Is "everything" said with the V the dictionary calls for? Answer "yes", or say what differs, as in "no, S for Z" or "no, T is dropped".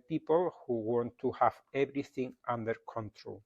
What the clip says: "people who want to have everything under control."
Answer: no, B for V